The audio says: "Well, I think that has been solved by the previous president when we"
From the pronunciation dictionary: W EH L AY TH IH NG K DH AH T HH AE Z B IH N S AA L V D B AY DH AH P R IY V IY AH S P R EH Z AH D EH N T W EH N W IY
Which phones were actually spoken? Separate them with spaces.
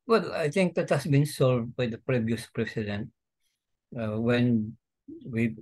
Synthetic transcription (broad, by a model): W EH L AY T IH NG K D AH T HH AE S B IH N S AA L V D B AY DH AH P R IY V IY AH S P R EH S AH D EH N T W EH N W IY